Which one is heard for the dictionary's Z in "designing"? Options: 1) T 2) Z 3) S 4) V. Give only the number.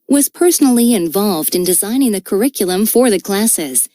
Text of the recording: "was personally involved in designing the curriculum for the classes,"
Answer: 2